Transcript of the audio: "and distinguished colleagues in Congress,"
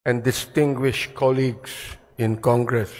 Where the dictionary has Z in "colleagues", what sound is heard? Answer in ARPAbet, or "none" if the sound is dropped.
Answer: S